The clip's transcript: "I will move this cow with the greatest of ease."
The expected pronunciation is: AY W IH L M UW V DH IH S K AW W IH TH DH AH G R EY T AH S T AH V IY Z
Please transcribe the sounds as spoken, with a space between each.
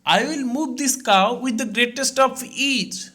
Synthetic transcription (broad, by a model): AY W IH L M UW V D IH S K AW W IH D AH G R EY T AH S T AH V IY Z